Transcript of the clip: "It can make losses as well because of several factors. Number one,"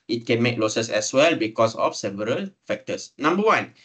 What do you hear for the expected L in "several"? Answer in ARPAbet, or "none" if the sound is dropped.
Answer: L